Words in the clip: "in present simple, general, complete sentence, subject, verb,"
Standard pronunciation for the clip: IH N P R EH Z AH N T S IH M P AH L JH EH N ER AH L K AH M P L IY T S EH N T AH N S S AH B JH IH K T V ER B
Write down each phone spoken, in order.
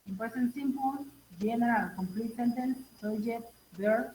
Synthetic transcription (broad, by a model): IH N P EH S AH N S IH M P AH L JH EH N ER AH L K AH M P L IY T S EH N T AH N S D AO JH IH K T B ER